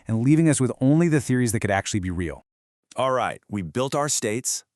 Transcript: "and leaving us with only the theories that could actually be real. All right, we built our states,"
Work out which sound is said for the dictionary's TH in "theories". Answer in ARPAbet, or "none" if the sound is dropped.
TH